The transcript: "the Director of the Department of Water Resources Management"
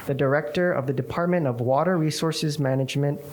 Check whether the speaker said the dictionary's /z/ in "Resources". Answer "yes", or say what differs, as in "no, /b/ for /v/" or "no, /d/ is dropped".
yes